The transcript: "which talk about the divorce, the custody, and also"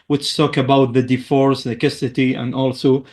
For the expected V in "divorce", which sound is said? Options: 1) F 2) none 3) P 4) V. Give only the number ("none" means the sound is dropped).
1